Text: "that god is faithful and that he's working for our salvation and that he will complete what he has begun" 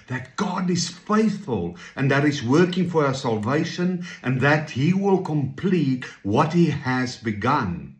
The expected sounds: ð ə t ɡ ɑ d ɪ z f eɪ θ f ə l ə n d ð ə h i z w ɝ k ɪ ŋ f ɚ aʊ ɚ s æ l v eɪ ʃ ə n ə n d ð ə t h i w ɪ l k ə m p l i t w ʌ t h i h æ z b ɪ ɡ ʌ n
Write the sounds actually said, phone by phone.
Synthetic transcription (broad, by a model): ð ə t ɡ ɑ d ɪ z f eɪ θ f ə l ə n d ð ə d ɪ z w ɝ k ɪ ŋ f ɚ aʊ ɚ s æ l v eɪ ʃ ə n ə n ð ə t h i w ɪ l k ə m p l i t w ʌ t h i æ z b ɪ ɡ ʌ n